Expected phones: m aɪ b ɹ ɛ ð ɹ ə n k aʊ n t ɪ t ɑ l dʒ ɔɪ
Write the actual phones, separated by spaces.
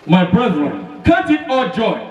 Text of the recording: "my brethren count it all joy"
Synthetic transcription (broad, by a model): m aɪ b ɹ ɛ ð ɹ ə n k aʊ t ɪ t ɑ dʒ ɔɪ